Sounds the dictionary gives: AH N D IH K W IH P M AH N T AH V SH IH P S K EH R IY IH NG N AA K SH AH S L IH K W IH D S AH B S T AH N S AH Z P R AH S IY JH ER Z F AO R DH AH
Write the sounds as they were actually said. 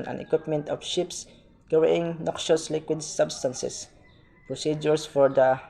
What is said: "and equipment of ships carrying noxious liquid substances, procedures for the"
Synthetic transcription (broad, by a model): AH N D IH K W IH P M AH N T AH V SH IH P S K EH W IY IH NG N AA K SH AH S L IH K W IH D S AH B S T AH N S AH S P R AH S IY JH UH S F AO R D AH